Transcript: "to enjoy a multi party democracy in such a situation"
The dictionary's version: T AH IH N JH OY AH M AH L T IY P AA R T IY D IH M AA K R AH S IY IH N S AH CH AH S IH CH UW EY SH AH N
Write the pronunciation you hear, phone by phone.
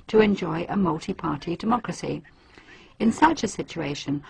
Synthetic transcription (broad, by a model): T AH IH N JH OY AH M AH L T IY P AA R T IY D IH M AA K R AH S IY IH N S AH CH AH S IH CH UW EY SH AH N